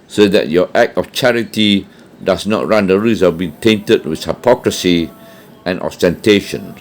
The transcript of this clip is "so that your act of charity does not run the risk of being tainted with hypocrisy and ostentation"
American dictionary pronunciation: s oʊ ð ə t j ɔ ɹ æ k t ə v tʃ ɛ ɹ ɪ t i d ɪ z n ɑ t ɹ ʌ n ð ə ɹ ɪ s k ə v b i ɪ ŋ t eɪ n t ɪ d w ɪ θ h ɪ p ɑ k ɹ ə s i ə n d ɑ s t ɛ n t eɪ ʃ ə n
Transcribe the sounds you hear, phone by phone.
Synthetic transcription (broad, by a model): s oʊ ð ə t j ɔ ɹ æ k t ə f tʃ ɛ ɹ ɪ t i d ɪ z n ɑ t ɹ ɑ n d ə ɹ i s ə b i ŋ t eɪ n t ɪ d w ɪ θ h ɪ p ɑ k ɹ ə s i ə n ɑ s t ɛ n t eɪ ʃ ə n